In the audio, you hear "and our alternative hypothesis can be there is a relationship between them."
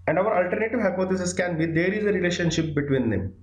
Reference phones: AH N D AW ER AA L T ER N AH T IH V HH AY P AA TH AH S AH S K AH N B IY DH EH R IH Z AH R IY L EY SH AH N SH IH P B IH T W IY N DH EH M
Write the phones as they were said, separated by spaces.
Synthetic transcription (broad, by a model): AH N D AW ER AA L T ER N AH T IH V HH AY P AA T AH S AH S K AH N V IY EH R IH Z AH R IY L EY SH AH N SH IH P B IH T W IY N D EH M